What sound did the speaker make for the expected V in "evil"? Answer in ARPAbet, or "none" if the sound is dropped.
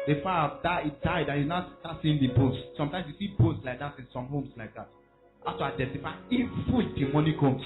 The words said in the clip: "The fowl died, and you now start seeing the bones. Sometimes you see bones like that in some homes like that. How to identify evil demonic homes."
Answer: F